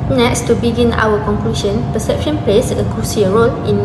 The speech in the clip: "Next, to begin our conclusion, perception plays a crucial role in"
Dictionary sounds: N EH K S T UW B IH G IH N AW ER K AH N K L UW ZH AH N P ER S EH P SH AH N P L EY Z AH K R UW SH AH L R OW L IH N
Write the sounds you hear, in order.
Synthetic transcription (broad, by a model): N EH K S T UW B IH G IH N AW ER K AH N K L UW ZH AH N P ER S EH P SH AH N P L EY S AH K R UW S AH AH R OW L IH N